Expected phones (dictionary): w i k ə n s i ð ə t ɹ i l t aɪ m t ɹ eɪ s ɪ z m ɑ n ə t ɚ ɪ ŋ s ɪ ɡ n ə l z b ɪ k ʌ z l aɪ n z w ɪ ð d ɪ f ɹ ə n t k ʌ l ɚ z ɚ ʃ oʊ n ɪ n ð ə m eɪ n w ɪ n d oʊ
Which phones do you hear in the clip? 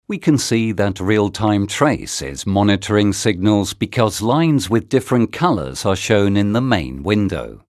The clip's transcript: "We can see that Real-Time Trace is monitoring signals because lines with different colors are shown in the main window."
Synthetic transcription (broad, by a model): w i k ə n s i ð ə t ɹ i l t aɪ m t ɹ eɪ s ɪ z m ɑ n ə t ɚ ɪ ŋ s ɪ ɡ n ə l z b ɪ k ʌ z l aɪ n z w ɪ ð d ɪ f ɹ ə n k ʌ l ɚ z ɚ ʃ oʊ n ɪ n ð ə m eɪ n w ɪ n d oʊ